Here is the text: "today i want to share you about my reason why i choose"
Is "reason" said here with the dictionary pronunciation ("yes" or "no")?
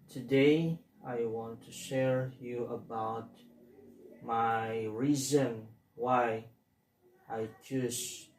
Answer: yes